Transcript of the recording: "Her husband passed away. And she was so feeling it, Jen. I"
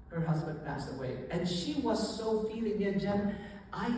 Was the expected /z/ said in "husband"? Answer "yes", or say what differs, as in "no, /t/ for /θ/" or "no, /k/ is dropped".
yes